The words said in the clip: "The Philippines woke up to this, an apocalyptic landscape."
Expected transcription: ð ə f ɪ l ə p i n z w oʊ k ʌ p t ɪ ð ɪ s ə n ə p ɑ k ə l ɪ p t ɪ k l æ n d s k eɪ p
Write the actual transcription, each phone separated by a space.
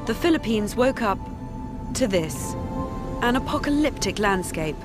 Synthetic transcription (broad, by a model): ð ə f ɪ l ə p i n z w oʊ k ʌ p t ɪ ð ɪ s ə n ə p ɑ k ə l ɪ p t ɪ k l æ n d s k eɪ p